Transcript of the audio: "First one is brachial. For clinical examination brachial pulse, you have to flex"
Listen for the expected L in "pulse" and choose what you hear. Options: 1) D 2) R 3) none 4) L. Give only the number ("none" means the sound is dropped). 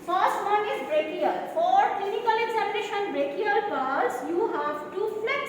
3